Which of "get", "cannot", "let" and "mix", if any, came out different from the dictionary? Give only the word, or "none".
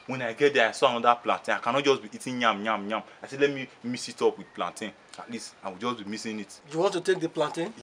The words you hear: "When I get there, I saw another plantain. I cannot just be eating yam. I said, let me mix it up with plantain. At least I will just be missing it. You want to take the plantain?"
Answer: mix